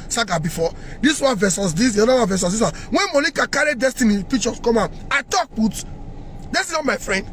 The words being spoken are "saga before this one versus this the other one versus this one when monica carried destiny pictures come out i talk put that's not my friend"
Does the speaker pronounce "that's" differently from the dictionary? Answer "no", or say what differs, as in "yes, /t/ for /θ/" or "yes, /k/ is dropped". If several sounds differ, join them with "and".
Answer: yes, /s/ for /t/